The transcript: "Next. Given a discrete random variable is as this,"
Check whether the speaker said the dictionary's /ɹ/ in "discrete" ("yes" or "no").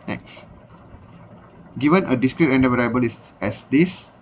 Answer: yes